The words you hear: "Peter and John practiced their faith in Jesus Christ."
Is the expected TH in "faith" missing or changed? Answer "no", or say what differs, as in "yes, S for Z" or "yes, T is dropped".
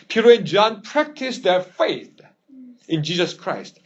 no